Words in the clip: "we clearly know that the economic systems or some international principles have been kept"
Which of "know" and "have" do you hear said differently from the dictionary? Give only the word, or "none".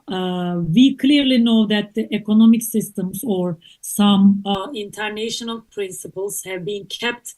none